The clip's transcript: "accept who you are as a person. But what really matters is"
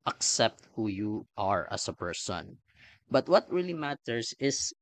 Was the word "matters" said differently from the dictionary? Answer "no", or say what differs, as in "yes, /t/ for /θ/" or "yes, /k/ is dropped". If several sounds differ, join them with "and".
yes, /s/ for /z/